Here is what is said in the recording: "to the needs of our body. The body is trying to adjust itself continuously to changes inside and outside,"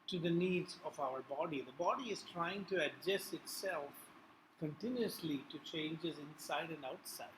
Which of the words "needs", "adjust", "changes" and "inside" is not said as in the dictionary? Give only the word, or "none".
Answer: adjust